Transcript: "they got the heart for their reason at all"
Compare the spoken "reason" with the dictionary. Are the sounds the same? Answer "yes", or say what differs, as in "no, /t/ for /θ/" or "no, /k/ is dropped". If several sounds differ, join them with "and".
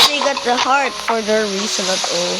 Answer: no, /s/ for /z/